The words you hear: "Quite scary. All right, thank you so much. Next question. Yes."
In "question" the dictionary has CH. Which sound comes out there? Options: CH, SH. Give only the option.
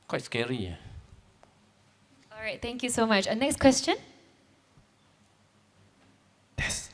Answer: CH